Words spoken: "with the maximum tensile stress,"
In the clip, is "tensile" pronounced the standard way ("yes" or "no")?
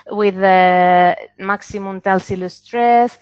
no